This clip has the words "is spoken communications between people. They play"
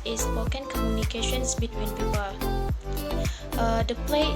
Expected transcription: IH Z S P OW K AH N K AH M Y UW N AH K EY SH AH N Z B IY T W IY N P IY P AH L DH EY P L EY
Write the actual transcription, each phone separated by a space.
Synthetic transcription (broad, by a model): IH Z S OW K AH N K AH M Y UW N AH K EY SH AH N S B IY T W IY N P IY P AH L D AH P L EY